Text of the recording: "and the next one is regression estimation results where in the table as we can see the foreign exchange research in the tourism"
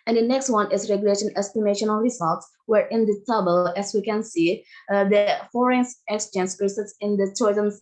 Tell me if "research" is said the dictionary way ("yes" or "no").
no